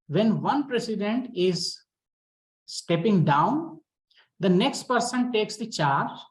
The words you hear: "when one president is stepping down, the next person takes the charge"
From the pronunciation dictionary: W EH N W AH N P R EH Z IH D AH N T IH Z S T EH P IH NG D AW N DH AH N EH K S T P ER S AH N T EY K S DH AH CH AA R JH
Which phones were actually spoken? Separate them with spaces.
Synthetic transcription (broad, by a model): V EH N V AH N P R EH S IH D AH N T IH Z S T EH P IH NG D AW N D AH N EH K S T P ER S AH N T EY K S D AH CH AA R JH